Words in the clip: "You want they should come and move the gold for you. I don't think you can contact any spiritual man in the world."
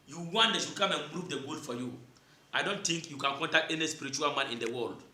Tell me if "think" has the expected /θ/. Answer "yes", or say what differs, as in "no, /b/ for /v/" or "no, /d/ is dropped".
no, /t/ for /θ/